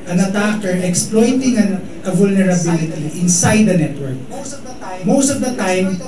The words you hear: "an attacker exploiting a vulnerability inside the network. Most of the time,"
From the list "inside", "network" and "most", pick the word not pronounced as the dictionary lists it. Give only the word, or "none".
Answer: none